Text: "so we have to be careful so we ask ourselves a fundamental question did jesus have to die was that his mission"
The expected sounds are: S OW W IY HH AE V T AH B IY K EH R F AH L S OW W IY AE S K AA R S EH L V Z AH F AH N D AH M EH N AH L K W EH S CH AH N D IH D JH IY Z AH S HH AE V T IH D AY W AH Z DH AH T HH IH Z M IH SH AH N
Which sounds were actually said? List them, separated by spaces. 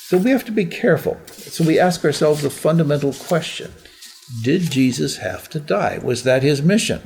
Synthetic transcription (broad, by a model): S OW W IY HH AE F T AH B IY K EH R F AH L S OW W IY AE S K AA R S EH L V Z AH F AH N D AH M EH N L K W EH S CH AH N D IH D JH IY Z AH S HH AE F T IH D AY W AH Z DH AH T HH IH Z M IH SH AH N